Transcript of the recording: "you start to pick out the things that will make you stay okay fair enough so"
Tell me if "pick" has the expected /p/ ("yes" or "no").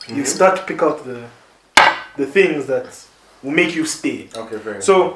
yes